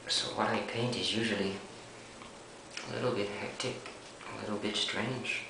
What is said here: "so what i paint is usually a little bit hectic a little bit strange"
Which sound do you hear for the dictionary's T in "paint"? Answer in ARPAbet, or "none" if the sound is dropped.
T